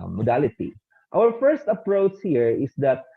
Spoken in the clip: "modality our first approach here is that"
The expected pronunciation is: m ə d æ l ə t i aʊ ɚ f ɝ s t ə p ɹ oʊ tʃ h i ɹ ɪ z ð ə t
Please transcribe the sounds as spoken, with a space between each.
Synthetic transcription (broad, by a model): m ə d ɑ l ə t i aʊ ɚ f ɝ s t ə p ɹ oʊ tʃ h i ɹ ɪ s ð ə t